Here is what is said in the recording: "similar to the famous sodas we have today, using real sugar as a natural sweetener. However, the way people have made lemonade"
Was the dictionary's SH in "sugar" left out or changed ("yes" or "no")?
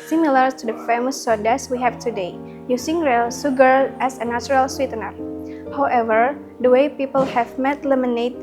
yes